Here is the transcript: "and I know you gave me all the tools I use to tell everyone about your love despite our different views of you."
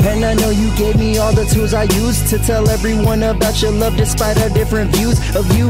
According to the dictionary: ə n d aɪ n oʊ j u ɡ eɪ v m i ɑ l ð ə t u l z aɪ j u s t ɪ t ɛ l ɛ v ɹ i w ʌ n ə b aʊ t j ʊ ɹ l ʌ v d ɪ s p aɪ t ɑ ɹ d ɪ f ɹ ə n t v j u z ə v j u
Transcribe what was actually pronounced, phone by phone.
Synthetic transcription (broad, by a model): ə n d aɪ n oʊ j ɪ ɡ eɪ v m i ɑ l ð ə t u l z aɪ j u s t ɪ t ɛ l ɛ v ɹ i w ʌ n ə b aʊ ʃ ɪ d l ʌ v d ɪ s p aɪ t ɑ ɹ d ɪ f ɹ ə n t v j u z ə v j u